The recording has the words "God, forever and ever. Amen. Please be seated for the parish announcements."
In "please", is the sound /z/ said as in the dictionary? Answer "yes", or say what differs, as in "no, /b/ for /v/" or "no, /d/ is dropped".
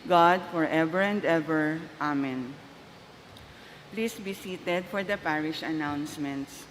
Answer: no, /s/ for /z/